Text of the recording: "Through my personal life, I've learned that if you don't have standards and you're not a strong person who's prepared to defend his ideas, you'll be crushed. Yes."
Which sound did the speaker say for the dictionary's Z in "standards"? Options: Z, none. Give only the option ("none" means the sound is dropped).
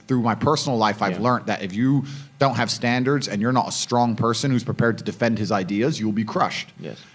Z